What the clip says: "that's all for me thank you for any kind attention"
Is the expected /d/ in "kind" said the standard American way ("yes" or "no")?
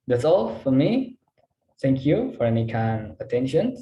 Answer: no